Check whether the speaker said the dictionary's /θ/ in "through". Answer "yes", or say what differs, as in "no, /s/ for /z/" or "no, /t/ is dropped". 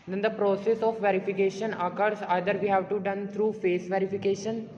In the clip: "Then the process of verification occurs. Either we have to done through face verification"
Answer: no, /t/ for /θ/